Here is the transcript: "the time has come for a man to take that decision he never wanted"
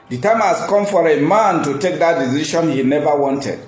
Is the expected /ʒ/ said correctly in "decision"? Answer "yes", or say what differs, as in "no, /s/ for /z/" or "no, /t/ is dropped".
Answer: no, /ʃ/ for /ʒ/